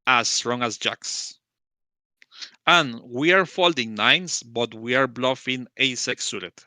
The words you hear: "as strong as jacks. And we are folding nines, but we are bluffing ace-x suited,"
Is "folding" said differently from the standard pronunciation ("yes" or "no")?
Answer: no